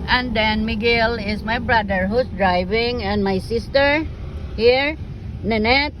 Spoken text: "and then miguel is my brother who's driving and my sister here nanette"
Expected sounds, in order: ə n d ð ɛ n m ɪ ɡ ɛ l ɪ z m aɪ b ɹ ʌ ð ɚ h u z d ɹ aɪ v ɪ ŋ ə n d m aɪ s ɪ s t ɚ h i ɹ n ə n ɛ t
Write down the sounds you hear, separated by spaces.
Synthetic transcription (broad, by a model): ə n d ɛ n m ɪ ɡ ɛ l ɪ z m aɪ b ɹ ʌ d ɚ h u s d ɹ aɪ v ɪ ŋ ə n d m aɪ s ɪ s t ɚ h i ɹ n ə n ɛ t